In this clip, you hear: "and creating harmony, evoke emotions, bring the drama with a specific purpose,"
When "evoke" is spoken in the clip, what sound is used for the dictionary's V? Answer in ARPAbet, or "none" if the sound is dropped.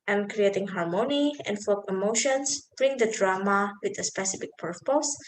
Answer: F